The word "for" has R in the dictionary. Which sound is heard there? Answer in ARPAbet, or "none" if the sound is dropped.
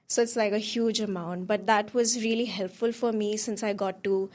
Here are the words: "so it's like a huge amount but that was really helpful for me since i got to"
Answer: R